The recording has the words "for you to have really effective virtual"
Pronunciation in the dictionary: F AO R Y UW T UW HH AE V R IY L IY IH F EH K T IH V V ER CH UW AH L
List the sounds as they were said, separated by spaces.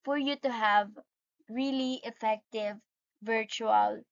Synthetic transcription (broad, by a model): F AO R Y UW T UW HH AE V R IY L IY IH F EH K T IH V V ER CH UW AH L